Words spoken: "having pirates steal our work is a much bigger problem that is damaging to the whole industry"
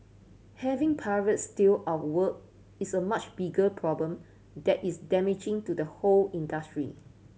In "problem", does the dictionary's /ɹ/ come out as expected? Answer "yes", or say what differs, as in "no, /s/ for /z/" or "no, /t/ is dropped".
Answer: yes